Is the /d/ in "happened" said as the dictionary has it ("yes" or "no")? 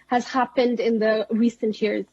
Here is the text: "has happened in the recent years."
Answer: yes